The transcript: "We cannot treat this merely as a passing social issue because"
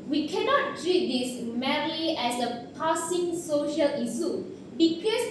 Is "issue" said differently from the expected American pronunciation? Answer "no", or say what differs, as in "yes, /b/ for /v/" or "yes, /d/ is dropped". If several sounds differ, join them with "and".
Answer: yes, /s/ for /ʃ/